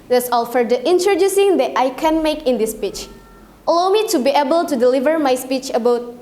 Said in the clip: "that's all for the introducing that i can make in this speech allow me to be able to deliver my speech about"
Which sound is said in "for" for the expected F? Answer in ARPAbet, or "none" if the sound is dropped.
F